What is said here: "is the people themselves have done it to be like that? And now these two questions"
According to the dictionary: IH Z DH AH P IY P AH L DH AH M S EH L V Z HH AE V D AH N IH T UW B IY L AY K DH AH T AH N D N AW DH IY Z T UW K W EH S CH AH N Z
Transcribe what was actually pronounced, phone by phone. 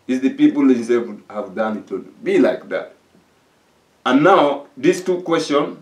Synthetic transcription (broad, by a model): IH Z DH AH P IY P AH L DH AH S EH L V HH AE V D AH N IH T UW B IY L AY K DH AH T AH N N AW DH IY S T UW K W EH S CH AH N